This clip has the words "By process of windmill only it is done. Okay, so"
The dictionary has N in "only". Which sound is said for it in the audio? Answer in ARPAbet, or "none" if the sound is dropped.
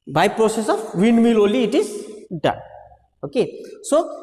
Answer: none